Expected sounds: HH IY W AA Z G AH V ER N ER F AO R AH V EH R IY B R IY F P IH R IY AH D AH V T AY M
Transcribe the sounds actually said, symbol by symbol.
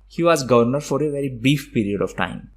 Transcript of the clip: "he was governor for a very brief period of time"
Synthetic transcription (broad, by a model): HH IY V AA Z G AH V ER N ER F AO R AH V EH R IY B R IY F P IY R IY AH D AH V T AY M